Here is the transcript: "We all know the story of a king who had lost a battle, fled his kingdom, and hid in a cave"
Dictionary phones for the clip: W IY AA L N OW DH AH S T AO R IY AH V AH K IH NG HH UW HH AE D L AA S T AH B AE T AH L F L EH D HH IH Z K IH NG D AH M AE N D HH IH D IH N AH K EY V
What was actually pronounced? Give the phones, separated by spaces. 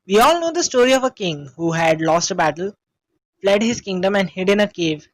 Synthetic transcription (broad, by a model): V IY AA L N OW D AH S T AO R IY AH V AH K IH NG HH UW HH AE D L AA S T AH B AE T AH L F L EH D HH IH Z K IH NG D AH M AE N D HH IH D IH N AH K EY V